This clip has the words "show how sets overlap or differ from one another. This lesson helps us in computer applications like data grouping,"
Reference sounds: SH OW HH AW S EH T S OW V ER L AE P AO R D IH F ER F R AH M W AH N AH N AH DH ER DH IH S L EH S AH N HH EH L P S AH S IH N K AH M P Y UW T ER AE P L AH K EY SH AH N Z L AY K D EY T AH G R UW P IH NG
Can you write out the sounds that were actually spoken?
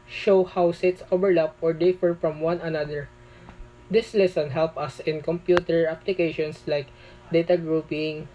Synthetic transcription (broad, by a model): SH OW HH AW S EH T S OW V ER L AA P AO R D IH F ER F R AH M W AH N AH N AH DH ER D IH S L EH S AH N HH EH L P AH S IH N K AH M P Y UW T ER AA P L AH K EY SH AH N S L AY K D EY T AH G R UW P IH NG